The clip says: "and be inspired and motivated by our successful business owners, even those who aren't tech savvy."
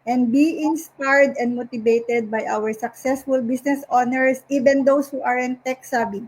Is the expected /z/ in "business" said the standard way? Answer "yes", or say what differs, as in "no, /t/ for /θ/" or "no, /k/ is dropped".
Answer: no, /s/ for /z/